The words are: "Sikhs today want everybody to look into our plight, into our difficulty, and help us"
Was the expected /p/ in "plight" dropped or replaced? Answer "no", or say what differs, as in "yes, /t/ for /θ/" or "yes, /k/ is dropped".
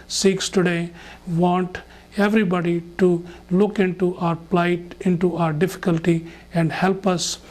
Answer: no